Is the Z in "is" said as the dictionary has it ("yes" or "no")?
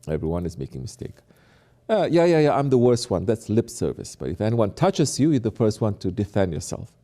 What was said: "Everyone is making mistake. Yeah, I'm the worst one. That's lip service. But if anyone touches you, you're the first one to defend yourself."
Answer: yes